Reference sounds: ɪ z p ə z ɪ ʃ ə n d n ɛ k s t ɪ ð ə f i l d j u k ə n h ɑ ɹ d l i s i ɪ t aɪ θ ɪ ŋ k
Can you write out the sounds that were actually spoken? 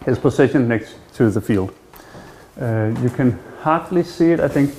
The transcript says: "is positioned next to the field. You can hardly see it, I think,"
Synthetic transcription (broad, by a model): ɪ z p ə s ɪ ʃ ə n n ɛ k s t ɪ ð ə f i l d j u k ə n h ɑ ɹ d l i s i ɪ t aɪ θ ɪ ŋ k